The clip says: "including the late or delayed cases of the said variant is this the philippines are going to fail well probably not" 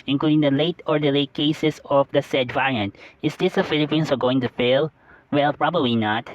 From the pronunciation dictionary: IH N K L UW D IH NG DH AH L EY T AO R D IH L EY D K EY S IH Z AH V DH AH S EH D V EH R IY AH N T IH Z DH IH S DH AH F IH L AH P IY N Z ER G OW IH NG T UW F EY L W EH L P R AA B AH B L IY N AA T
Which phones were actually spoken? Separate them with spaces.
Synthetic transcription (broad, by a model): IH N K L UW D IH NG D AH L EY T AO R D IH L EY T K EY S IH S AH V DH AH S EH D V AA R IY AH N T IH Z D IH S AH F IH L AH P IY N S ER G OW IH NG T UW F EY L W EH L P R AA B AH B L IY N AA T